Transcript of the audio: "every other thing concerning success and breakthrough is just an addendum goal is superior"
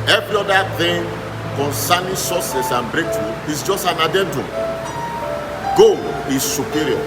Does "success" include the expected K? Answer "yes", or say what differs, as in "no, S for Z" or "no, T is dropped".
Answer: no, K is dropped